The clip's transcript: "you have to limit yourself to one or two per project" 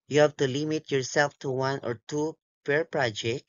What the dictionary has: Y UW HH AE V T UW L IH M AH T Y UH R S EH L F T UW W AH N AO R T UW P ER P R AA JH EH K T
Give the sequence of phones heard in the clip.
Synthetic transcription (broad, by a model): Y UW HH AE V T UW L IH M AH T Y UH R S EH L F T UW W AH N AO R T UW P ER P R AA JH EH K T